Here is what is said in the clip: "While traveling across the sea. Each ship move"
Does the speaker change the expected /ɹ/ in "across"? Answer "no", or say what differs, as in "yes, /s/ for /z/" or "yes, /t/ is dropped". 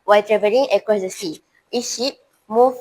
yes, /ɹ/ is dropped